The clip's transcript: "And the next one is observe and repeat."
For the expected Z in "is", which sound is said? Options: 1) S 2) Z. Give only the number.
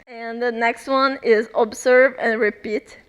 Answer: 2